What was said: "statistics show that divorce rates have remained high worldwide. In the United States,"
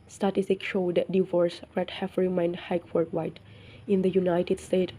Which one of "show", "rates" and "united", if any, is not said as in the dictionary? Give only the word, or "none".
rates